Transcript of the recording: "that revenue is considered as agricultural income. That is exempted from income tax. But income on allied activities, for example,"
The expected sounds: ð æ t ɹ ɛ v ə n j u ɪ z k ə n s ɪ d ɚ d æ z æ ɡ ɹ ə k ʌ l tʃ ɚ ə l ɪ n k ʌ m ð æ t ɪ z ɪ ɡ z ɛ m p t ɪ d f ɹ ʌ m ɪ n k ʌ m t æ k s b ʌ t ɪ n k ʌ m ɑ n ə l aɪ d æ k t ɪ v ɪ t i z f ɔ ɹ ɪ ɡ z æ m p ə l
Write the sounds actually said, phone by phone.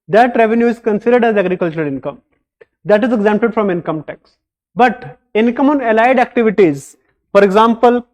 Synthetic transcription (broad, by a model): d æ t ɹ ɛ v ə n j u ɪ z k ə n s ɪ d ɚ d æ z æ ɡ ɹ ə k ʌ l tʃ ɚ ə l ɪ n k ʌ m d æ t ɪ z ɪ ɡ z ɛ m p t ɪ d f ɹ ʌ m ɪ n k ʌ m t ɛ k s b ʌ t ɪ n k ʌ m ɑ n ə l aɪ d æ k t ɪ v ɪ t i z f ɔ ɹ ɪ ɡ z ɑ m p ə l